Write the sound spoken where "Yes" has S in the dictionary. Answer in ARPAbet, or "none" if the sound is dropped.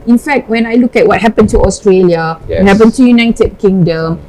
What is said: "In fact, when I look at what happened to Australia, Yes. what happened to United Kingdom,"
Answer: none